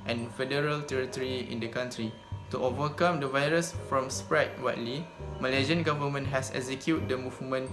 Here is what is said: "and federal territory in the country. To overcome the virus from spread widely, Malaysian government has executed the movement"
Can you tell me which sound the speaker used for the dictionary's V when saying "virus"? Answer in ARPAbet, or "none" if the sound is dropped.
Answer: V